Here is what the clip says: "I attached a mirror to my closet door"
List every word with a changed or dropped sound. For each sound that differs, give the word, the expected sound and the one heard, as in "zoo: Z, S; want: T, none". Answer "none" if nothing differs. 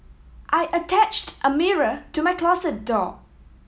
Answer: closet: Z, S